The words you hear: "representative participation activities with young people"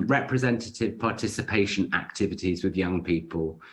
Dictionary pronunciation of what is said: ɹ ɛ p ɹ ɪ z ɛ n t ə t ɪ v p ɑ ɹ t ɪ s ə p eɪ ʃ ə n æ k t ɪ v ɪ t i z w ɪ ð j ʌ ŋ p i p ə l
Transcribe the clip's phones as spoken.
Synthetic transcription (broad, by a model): ɹ ɛ p ɹ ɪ z ɛ n t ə t ɪ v p ɑ t ɪ s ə p eɪ ʃ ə n æ k t ɪ v ɪ t i z w ɪ ð j ʌ ŋ p i p ə l